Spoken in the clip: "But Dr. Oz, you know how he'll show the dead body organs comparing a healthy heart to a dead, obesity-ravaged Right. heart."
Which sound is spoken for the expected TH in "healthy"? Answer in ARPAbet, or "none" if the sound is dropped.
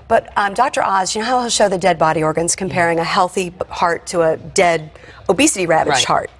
TH